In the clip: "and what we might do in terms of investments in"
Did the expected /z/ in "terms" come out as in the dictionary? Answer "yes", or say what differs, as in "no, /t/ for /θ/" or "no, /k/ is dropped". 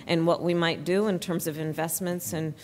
yes